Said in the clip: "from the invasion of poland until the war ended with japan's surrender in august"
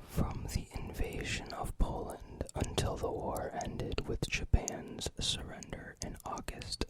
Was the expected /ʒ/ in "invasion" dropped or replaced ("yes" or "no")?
no